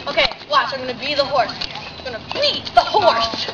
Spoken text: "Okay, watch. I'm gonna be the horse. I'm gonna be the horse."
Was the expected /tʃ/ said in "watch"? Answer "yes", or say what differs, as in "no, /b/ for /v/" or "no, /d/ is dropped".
no, /s/ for /tʃ/